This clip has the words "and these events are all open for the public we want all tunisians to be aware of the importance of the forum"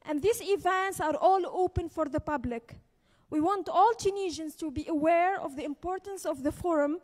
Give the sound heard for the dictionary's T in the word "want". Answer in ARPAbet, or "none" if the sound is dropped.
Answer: T